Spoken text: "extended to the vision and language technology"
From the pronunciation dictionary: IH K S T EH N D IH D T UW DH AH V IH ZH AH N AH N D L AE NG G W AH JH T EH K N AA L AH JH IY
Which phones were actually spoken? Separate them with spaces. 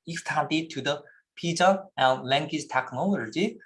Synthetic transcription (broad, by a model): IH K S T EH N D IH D T UW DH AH P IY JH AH AH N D L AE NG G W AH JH T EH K N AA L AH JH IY